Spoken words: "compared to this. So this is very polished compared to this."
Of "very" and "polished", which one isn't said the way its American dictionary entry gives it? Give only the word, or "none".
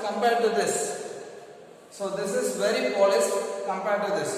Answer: polished